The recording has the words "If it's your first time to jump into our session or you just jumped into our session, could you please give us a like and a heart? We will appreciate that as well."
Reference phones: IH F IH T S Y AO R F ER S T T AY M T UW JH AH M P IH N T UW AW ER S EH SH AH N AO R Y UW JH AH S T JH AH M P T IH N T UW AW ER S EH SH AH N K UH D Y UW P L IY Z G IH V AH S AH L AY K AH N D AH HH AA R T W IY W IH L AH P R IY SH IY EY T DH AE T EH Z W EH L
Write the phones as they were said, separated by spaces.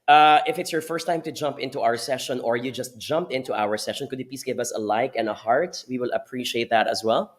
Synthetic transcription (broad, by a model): IH F IH T S Y AO R F ER S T T AY M T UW JH AH M P IH N T UW AW ER S EH SH AH N AO R Y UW JH AH S T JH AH M P IH N T UW AW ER S EH SH AH N K UH D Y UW P L IY S G IH V AH S AH L AY K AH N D AH HH AA R T W IY W IH L AH P R IY SH IY EY T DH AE T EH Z W EH L